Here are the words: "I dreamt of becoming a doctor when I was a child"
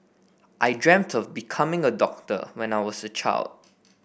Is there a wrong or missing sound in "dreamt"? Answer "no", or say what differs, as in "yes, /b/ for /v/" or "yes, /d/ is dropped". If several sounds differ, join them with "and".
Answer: no